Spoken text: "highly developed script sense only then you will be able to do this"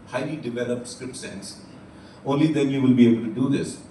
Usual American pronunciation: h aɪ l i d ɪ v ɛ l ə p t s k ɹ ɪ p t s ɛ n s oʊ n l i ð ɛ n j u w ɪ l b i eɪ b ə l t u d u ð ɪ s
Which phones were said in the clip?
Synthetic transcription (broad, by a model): h aɪ l i d ɪ v ɛ l ə p t s k ɹ ɪ p t s ɛ n s oʊ n l i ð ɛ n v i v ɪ l b i eɪ b ə l t u d u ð ɪ s